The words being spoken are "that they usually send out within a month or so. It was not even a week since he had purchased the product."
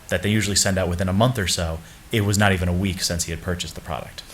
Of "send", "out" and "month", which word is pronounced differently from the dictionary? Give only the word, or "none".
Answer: none